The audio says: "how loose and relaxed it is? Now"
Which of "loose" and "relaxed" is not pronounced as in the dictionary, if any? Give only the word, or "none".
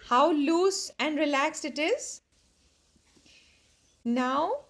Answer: none